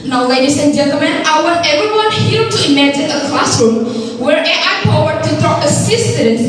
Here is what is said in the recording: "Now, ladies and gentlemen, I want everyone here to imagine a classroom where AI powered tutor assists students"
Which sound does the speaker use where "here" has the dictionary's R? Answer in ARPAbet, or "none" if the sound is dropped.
L